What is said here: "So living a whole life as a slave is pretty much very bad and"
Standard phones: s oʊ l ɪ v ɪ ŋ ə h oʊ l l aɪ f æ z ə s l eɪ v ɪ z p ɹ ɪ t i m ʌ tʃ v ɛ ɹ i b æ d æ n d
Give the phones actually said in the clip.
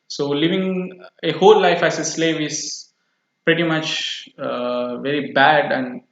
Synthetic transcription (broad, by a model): s oʊ l ɪ v ɪ ŋ ə h oʊ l l aɪ f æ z ə s l eɪ v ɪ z p ɹ ɪ t i m ʌ tʃ v ɛ ɹ i b æ d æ n d